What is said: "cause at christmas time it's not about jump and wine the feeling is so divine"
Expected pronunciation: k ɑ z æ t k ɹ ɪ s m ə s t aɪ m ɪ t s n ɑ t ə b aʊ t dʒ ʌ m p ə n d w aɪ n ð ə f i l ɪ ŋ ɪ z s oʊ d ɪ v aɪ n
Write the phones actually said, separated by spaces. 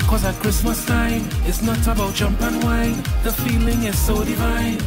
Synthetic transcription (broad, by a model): k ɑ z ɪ k ɹ ɪ s m ə s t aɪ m ɪ t s n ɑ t ə b aʊ t dʒ ʌ m p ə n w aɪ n ð ə f i l ɪ ŋ ɪ z s oʊ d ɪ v aɪ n